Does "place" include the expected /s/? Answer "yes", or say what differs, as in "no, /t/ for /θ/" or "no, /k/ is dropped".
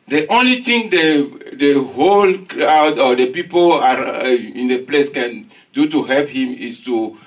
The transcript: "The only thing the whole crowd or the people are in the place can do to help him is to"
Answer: yes